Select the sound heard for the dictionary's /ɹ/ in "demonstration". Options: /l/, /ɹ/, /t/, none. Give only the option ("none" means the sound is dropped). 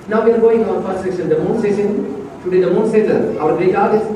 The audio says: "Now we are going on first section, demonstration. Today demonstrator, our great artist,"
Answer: none